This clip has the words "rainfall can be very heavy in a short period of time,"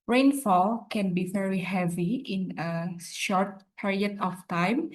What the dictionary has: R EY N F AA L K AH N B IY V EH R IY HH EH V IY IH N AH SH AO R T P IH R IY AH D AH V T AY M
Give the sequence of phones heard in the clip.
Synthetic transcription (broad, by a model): R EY N F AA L K AH N B IY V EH R IY HH EH V IY IH N AH SH AO R T P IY R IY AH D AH F T AY M